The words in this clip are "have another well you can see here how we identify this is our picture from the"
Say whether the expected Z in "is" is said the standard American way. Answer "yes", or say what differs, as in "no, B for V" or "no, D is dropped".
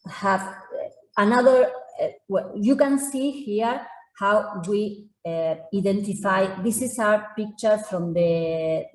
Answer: no, S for Z